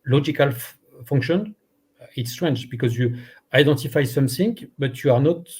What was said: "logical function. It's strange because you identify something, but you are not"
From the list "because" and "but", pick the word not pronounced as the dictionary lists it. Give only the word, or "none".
none